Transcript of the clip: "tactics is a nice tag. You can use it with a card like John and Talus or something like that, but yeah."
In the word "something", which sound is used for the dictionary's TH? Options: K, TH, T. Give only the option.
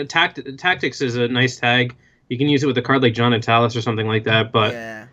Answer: TH